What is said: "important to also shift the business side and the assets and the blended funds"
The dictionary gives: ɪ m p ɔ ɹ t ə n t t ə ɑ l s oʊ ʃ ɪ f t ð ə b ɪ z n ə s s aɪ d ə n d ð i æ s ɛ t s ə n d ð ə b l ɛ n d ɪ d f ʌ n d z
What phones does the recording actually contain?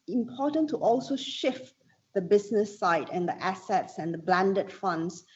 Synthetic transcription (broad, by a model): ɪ m p ɔ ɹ t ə n t t ɑ l s oʊ ʃ ɪ f t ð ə b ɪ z n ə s s aɪ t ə n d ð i æ s ɛ t s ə n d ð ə b l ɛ n d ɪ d f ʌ n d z